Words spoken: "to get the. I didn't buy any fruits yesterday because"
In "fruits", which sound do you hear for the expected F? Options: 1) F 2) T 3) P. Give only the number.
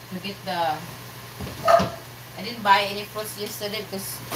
3